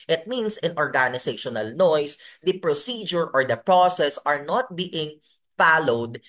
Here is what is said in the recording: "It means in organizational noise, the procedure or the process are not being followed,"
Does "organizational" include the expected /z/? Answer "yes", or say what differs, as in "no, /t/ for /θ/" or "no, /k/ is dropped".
no, /s/ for /z/